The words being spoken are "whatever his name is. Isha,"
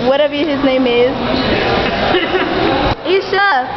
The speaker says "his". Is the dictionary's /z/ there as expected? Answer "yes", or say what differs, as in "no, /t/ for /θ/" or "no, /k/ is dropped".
yes